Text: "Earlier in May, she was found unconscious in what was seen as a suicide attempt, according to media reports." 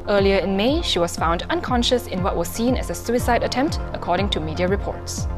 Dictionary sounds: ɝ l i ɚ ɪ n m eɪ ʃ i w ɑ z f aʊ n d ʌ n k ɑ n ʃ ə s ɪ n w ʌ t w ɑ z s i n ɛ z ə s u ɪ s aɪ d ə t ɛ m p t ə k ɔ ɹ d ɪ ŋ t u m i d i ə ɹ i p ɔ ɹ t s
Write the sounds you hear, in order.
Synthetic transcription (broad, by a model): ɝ l i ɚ ɪ n m eɪ ʃ i w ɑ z f aʊ n d ʌ n k ɑ n ʃ ə s ɪ n w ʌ t w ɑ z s i n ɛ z ə s u ɪ s aɪ d ə t ɛ m p t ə k ɔ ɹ d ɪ ŋ t u m i d i ə ɹ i p ɔ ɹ t s